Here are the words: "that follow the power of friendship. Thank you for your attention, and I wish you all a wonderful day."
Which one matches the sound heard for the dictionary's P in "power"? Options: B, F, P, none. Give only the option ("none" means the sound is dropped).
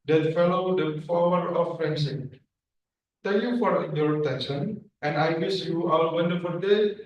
F